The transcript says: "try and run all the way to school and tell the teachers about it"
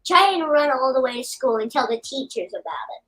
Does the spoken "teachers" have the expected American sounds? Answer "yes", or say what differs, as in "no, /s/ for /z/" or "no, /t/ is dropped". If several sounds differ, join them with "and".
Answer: yes